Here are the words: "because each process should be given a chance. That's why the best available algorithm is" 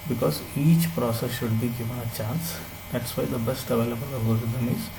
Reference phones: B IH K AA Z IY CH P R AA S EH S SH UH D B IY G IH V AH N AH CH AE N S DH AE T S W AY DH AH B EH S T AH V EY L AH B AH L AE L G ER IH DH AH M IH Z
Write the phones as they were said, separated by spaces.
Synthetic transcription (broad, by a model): B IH K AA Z IY CH P R AA S EH S SH UH D B IY G IH V AH N AH CH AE N S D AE T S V AY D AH B EH S T AH V EY L AH B AH L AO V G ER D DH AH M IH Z